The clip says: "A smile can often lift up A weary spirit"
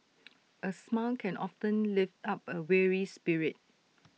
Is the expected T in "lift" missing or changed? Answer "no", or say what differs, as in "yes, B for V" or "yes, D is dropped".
no